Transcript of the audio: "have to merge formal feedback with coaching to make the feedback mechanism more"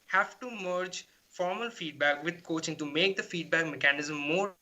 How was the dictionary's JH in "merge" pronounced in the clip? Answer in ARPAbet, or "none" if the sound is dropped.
JH